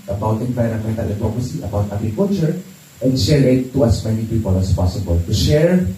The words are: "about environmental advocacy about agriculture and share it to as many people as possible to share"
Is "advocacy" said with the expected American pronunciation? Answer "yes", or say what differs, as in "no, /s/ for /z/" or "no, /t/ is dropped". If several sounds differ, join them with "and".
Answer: no, /v/ is dropped